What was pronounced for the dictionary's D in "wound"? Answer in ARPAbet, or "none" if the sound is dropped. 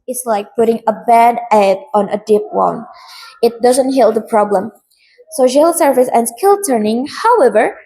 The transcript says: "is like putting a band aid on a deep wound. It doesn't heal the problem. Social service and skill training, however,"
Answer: none